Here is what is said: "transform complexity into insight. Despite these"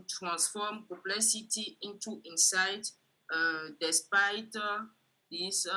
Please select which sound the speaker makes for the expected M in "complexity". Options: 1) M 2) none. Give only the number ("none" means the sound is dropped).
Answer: 2